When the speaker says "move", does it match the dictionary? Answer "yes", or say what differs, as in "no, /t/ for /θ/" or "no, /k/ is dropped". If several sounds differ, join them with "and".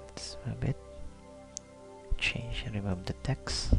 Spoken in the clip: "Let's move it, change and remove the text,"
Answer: no, /b/ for /v/